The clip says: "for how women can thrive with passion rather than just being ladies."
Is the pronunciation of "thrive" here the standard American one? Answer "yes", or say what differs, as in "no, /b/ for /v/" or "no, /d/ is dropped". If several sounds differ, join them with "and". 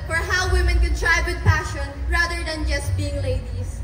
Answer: no, /t/ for /θ/